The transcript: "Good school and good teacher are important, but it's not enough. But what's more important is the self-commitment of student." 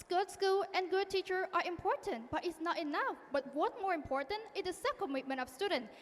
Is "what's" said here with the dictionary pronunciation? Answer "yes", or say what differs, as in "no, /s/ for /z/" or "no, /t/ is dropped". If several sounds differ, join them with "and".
no, /s/ is dropped